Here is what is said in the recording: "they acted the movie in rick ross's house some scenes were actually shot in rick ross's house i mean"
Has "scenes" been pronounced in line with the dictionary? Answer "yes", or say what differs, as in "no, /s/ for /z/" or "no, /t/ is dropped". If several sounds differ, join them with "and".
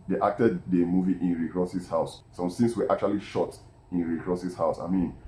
no, /s/ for /z/